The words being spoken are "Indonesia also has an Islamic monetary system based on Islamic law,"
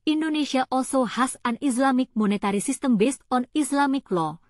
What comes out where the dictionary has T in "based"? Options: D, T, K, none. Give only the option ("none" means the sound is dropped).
T